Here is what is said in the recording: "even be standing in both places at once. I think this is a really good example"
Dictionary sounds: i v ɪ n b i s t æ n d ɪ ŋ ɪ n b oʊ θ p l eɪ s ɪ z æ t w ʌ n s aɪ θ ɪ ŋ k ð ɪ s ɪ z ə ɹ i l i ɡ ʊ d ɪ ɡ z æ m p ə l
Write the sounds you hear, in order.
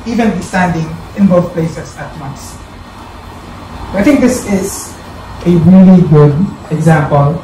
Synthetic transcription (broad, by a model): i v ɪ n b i s t æ n d ɪ ŋ ɪ n b oʊ t p l eɪ s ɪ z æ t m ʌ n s aɪ t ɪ ŋ k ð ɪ s ɪ z ə ɹ i l i ɡ ʊ d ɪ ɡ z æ m p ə l